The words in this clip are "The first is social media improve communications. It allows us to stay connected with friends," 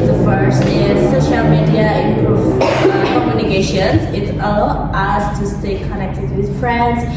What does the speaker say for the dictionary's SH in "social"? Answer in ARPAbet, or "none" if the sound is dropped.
SH